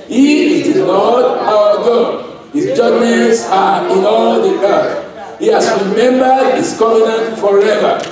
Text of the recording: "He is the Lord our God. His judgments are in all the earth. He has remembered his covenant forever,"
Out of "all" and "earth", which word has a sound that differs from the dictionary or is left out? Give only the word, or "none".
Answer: earth